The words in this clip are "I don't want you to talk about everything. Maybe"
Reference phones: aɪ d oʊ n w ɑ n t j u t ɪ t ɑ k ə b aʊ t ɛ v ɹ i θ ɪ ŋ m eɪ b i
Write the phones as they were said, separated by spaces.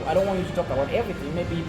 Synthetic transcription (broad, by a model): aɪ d oʊ n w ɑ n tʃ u t ɪ t ɑ k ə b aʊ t ɛ v ɹ i θ ɪ ŋ m eɪ b i